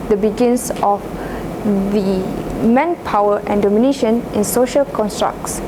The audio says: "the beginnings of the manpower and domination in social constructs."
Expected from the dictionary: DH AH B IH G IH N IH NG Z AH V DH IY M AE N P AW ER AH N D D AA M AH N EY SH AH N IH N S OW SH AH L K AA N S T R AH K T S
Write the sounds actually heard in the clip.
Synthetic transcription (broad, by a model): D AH B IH G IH N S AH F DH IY M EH N P AW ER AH N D D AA M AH N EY SH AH N IH N S OW SH AH L K AA N S T R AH K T S